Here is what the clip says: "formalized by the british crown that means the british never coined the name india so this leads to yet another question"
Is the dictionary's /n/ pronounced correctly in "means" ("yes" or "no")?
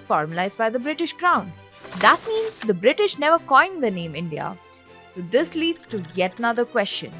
yes